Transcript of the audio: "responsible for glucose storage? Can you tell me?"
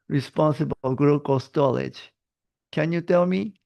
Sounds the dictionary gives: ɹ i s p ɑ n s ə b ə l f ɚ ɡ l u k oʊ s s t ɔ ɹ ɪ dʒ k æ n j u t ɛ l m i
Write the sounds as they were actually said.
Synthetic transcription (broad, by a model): ɹ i s p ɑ n s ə b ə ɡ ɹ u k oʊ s s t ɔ l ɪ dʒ k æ n j u t ɛ l m i